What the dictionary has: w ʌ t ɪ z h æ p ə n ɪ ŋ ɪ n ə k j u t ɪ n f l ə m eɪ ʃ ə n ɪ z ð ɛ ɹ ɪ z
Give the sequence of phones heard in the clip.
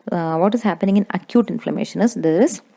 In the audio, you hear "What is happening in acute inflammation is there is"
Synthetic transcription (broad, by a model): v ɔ t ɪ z h æ p ə n ɪ ŋ ɪ n ə k j u t ɪ n f l ə m eɪ ʃ ə n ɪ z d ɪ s